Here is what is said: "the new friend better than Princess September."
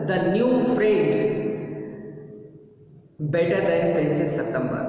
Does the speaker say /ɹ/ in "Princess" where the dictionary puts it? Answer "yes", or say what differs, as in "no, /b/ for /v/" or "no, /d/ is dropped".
no, /ɹ/ is dropped